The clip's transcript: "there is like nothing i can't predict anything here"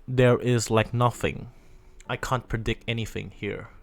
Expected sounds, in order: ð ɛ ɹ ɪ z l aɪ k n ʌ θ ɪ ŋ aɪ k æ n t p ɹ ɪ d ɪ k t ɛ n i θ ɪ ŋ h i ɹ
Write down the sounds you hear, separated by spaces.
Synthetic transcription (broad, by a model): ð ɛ ɹ ɪ z l aɪ k n ʌ θ ɪ ŋ aɪ k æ n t p ɹ ɪ d ɪ k t ɛ n i θ ɪ ŋ h i ɹ